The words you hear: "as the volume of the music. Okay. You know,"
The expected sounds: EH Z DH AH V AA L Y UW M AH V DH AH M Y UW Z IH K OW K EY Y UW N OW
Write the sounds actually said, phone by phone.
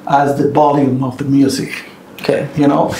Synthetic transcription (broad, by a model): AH Z DH AH B AA L Y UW M AH V DH AH M Y UW Z IH K OW K EY Y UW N OW